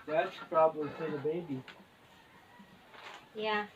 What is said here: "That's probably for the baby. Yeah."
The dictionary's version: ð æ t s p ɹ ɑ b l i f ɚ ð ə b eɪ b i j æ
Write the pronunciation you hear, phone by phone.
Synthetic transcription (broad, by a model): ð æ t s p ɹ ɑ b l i p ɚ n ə b eɪ b i j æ